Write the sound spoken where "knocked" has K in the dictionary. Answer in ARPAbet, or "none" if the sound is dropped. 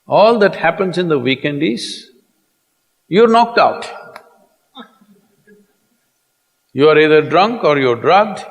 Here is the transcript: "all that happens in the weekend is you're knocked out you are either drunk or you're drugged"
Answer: K